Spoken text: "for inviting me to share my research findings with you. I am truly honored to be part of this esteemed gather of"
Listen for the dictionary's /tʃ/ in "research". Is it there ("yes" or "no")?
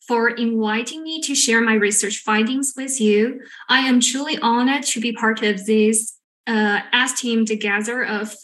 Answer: yes